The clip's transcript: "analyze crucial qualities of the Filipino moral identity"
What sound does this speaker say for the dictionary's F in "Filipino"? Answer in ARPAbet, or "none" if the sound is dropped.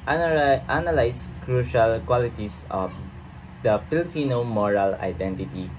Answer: P